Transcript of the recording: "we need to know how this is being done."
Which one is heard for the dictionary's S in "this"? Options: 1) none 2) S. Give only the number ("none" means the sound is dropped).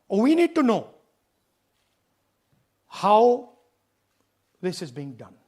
2